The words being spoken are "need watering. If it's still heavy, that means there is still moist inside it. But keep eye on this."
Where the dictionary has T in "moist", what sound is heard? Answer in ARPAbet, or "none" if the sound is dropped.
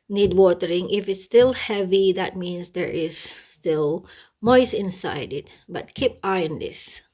none